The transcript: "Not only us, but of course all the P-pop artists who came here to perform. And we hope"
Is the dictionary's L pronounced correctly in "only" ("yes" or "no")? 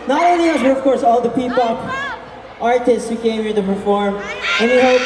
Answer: no